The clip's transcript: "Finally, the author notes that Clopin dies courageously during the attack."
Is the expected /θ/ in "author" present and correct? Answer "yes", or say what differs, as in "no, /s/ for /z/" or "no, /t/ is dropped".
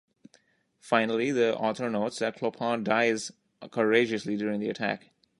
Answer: no, /t/ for /θ/